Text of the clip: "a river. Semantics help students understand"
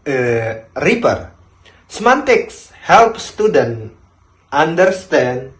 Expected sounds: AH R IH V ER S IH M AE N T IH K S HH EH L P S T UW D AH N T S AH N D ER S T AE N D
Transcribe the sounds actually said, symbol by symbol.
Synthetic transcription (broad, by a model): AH R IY P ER S M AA N T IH K S HH EH L P S T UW D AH N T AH N D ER S T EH N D